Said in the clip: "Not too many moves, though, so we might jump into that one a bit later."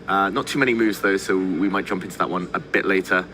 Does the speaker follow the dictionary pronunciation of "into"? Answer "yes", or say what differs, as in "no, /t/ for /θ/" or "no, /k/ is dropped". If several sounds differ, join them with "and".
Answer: yes